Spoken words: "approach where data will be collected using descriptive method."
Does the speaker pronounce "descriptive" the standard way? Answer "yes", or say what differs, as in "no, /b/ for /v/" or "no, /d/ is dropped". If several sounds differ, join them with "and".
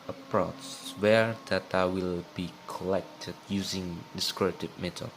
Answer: no, /p/ is dropped